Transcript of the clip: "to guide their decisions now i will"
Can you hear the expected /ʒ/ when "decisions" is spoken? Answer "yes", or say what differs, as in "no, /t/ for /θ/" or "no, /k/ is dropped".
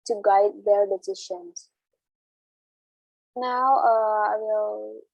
no, /ʃ/ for /ʒ/